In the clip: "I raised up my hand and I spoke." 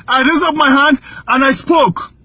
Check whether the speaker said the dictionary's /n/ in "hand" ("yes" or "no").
yes